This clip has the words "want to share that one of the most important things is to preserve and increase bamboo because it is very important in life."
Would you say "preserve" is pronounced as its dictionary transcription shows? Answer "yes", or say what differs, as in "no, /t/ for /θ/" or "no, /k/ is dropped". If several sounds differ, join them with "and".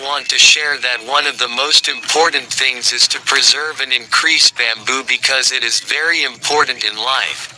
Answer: yes